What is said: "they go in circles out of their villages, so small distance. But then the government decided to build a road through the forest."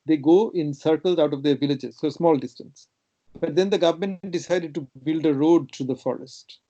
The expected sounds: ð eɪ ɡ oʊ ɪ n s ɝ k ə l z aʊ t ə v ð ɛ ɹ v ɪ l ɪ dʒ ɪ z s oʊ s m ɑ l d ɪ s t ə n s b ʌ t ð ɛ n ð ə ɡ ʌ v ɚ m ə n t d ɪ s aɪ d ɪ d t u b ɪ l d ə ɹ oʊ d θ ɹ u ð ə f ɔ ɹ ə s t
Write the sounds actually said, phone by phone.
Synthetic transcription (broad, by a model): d eɪ ɡ oʊ ɪ n s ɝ k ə l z aʊ t ə v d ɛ ɹ v ɪ l ɪ dʒ ɪ z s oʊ s m ɑ l d ɪ s t ə n s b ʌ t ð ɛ n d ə ɡ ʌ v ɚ m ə n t d ɪ s aɪ d ɪ d t u b ɪ l d ə ɹ oʊ d t ɹ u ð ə f ɔ ɹ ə s t